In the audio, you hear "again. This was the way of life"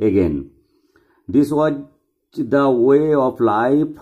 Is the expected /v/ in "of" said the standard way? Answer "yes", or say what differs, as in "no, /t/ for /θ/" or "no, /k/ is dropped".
no, /p/ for /v/